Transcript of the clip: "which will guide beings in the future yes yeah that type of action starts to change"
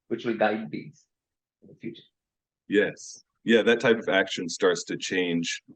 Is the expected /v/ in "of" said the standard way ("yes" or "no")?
yes